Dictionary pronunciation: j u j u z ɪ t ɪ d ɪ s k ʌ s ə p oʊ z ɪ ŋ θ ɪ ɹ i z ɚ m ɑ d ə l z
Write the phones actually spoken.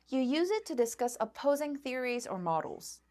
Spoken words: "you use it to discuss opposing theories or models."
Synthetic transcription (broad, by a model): j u j u z ɪ t ɪ d ɪ s k ʌ s ə p oʊ z ɪ ŋ θ ɪ ɹ i z ɚ m ɑ d l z